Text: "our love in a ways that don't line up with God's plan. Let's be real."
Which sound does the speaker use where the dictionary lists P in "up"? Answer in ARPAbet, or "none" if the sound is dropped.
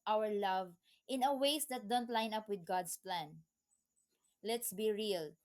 P